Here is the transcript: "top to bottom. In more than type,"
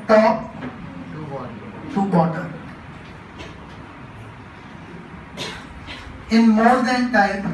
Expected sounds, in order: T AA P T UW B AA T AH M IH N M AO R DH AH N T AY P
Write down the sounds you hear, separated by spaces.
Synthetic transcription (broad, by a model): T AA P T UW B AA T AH IH N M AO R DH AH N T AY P